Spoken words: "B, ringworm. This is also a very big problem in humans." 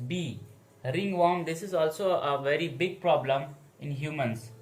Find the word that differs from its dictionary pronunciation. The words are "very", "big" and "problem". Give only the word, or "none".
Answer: none